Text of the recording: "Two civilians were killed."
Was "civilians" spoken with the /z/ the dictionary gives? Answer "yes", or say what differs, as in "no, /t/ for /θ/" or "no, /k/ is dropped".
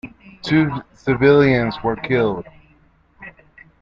yes